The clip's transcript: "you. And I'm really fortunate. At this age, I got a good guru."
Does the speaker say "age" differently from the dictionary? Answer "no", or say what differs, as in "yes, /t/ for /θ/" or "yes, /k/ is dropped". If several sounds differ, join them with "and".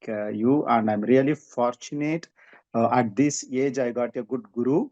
no